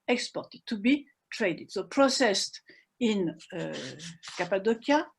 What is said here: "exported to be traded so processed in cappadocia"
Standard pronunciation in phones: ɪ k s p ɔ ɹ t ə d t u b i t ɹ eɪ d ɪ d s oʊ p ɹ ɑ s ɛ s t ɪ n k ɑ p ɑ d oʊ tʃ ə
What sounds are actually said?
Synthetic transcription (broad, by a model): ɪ k s p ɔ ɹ t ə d t u b i t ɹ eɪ d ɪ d s oʊ p ɹ ɑ s ɛ s t ɪ n k ɑ p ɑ d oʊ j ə